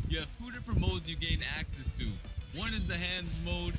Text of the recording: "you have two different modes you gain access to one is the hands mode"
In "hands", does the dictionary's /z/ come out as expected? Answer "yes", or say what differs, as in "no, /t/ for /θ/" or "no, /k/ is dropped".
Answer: yes